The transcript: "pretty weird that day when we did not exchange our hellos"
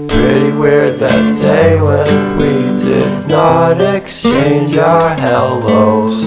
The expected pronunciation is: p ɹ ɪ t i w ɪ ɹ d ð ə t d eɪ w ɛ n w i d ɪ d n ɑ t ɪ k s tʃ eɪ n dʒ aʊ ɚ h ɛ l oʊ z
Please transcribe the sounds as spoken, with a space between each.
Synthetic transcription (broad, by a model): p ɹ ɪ t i w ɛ ɹ ð ə t d eɪ w ɛ n w i d ɪ d n ɑ t ɪ k s tʃ eɪ n dʒ aʊ ɚ h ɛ l oʊ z